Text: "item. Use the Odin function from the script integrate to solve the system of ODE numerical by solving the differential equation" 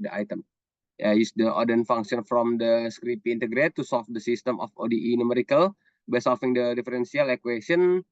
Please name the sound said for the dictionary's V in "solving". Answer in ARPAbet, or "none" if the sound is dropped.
F